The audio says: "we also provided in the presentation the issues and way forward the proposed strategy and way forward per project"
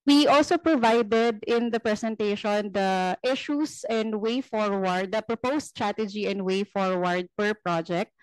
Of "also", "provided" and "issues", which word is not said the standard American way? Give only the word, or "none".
issues